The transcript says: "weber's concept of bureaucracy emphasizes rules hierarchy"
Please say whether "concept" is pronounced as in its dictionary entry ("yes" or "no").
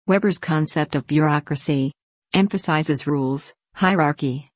yes